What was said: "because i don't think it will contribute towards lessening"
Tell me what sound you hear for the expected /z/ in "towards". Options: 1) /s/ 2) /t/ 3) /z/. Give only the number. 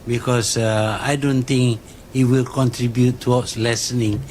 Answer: 1